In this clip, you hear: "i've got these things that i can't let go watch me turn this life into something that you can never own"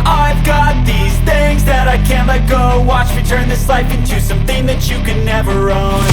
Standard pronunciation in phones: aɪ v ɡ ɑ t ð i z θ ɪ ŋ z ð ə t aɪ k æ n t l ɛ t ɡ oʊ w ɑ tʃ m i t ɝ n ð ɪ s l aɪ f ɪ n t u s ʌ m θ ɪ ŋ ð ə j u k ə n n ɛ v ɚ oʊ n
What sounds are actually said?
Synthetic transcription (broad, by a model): aɪ v ɡ ɑ t ð i z θ ɪ ŋ z ð ə t aɪ k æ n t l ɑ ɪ ɡ oʊ w ɑ tʃ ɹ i t ɝ n ð ɪ s l aɪ f ɪ n t u s ʌ m θ ɪ ŋ ð ə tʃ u k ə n n ɛ v ɚ oʊ n